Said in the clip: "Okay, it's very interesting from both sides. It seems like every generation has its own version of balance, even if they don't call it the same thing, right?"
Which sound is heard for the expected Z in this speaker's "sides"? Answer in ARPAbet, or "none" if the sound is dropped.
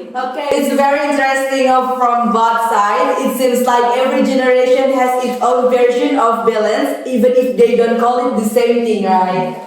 none